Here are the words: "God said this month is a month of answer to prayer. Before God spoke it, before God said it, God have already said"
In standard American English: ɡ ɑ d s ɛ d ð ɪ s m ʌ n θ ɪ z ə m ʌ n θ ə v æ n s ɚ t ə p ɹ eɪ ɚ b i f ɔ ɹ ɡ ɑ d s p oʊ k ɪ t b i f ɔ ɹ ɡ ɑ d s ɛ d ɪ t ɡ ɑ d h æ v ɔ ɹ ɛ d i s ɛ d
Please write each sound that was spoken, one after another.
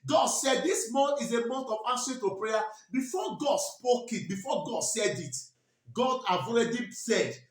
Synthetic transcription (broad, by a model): ɡ ɑ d s ɛ d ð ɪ s m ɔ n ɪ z ə m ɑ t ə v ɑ s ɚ t ə p ɹ eɪ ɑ b i f ɔ ɡ ɑ d s p oʊ k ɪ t b i f ɔ ɡ ɑ d s ɛ d ɪ t ɡ ɑ d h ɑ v ɔ ɹ ɛ d i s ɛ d